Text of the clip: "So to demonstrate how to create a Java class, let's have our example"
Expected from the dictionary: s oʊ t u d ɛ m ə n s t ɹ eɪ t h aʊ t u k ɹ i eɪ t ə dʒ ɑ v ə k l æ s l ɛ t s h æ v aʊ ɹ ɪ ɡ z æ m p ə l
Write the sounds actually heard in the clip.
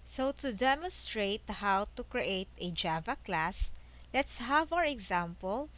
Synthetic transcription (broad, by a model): s oʊ t u d ɛ m ə n s t ɹ eɪ t h aʊ t u k ɹ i eɪ t ə dʒ ɑ v ə k l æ s l ɛ t s h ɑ v aʊ ɹ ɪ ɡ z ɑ m p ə l